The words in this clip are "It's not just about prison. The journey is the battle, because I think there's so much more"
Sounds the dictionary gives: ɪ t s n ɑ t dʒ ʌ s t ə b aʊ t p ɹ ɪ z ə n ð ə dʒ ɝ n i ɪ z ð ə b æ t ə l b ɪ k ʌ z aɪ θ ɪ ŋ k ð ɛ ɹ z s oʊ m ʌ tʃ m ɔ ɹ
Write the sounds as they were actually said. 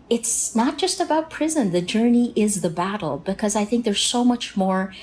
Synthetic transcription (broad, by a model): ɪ t s n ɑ t dʒ ʌ s t ə b aʊ t p ɹ ɪ z ə n ð ə dʒ ɝ n i ɪ z ð ə b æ t l b ɪ k ʌ z aɪ θ ɪ ŋ k ð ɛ ɹ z s oʊ m ʌ tʃ m ɔ ɹ